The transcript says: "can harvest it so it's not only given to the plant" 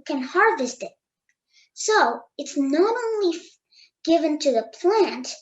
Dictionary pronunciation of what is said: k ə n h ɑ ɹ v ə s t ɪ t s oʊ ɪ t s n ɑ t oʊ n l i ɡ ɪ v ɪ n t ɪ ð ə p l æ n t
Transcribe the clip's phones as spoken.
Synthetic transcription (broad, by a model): k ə n h ɑ ɹ v ə s t ɪ t s oʊ ɪ t s n ɑ t oʊ n l i ɡ ɪ v ɪ n t ɪ ð ə p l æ n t